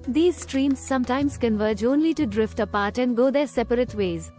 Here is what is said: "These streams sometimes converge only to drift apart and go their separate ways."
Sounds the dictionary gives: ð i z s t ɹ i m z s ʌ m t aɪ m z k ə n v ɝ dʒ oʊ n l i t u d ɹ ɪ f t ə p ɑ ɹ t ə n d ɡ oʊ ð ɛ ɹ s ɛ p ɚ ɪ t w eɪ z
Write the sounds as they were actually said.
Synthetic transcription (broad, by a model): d i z s t ɹ i m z s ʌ m t aɪ m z k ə n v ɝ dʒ oʊ n l i t u d ɹ ɪ f t ə p ɑ ɹ t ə n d ɡ oʊ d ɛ ɹ s ɛ p ɚ ɪ t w eɪ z